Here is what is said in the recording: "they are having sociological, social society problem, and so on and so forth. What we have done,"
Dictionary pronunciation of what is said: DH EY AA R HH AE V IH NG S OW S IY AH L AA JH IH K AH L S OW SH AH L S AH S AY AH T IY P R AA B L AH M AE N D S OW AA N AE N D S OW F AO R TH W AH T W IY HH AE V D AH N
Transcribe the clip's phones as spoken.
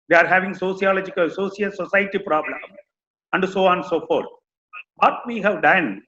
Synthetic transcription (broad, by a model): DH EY AA R HH AE V IH NG S OW S IY AH L AA JH IH K AH L S OW S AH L S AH S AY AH T IY P R AA B L AH M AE N D S OW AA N N S OW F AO R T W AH T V IY HH AE V D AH N